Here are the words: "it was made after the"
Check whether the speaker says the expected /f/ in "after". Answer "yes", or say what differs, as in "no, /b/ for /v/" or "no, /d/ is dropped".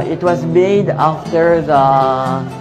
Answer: yes